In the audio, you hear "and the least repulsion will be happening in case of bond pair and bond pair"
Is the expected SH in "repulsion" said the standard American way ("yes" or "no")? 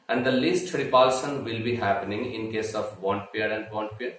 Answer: no